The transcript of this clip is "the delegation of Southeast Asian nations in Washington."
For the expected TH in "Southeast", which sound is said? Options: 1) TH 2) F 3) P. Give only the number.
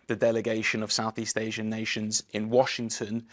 1